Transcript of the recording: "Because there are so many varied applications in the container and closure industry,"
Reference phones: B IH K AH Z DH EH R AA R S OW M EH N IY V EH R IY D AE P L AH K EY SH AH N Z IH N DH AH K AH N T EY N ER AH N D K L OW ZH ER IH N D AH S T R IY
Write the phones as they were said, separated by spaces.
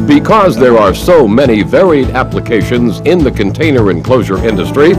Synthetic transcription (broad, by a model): B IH K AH Z DH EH R AA R S OW M EH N IY V EH R IY D AE P L AH K EY SH AH N Z IH N DH AH K AH N T EY N ER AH N K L OW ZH ER IH N D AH S T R IY